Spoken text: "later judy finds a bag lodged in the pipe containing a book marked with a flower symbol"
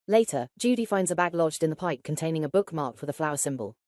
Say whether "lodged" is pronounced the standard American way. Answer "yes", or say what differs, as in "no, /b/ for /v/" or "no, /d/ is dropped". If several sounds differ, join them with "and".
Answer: yes